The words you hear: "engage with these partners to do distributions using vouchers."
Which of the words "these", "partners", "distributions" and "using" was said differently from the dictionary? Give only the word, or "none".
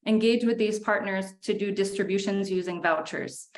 none